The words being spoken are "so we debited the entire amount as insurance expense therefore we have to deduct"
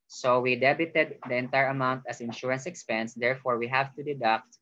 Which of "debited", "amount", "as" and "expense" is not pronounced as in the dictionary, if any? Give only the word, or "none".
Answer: as